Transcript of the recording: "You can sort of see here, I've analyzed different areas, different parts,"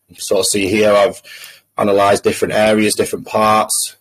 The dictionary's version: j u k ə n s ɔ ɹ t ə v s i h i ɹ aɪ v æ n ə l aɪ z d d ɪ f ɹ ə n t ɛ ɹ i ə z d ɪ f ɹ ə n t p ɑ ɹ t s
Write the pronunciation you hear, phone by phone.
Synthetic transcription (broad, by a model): s ɔ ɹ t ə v s i h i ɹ aɪ v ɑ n ə l aɪ z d d ɪ f ɹ ə n t ɛ ɹ i ə z d ɪ f ɹ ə n p ɑ t s